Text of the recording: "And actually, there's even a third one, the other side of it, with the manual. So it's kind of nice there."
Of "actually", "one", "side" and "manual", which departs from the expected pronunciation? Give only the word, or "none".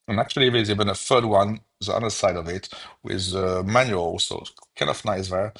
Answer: none